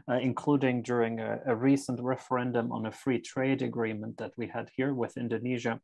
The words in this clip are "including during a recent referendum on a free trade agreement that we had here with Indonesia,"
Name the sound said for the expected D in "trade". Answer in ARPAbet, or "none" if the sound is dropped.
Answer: D